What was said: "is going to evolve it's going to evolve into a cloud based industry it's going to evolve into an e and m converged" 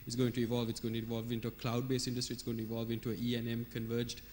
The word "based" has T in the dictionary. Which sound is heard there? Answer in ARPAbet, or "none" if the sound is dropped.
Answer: none